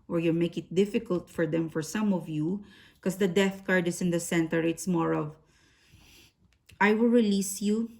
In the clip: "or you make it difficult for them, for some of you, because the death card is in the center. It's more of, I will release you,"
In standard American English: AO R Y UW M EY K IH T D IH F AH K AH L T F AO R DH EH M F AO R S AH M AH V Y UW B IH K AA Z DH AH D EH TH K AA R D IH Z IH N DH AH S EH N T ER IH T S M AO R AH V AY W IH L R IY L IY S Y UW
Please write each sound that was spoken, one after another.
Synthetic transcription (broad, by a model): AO R Y UW M EY K IH T D IH F AH K AH L T F AO R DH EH M F AO R S AH M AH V Y UW K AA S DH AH D EH TH K AA R D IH S IH N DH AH S EH N T ER IH T S M AO R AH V AY W IH L R IY L IY S Y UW